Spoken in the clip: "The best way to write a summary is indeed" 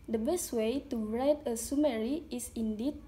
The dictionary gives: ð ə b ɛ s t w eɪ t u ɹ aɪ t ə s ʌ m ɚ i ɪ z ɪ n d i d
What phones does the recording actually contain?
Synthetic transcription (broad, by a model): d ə b ɛ s t w eɪ t u ɹ aɪ t ə s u m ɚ i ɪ s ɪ n d i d